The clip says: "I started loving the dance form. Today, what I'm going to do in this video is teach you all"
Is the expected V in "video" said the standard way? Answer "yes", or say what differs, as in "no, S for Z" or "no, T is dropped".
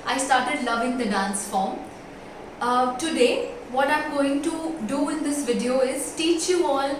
yes